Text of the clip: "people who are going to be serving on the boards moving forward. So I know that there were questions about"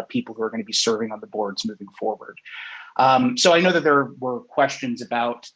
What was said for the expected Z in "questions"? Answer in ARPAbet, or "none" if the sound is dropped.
Z